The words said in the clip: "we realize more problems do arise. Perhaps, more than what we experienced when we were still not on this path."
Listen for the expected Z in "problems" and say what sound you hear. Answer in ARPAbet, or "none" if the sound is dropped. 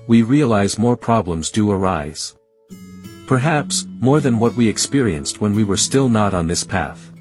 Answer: Z